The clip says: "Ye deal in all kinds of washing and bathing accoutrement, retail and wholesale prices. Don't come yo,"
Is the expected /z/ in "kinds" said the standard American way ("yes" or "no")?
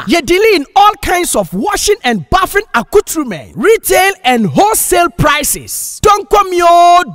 no